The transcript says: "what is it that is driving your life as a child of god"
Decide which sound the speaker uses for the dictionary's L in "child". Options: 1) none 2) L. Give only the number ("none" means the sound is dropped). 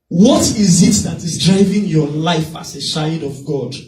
1